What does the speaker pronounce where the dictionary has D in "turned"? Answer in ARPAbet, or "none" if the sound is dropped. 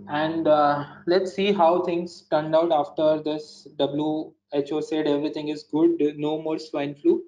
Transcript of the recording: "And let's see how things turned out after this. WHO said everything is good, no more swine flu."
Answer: D